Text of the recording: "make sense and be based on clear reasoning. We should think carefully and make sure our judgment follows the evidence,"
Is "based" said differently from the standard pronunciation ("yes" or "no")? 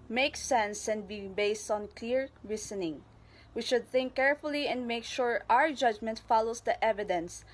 no